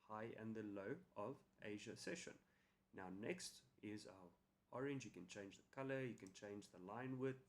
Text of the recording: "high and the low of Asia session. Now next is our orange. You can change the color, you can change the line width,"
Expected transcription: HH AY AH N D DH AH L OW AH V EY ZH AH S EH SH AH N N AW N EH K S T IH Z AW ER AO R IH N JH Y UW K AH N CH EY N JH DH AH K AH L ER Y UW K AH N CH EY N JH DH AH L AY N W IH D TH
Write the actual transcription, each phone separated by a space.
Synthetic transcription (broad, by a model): HH AY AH N DH AH L OW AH V EY ZH AH S EH SH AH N N AW N EH K S T IH Z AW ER AO R IH N JH Y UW K AH N CH EY N JH DH AH K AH L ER Y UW K AH N CH EY N JH DH AH L AY N W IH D